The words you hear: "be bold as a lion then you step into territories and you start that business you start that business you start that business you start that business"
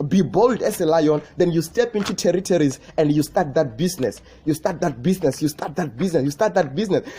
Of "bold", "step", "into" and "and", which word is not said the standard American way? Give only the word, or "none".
none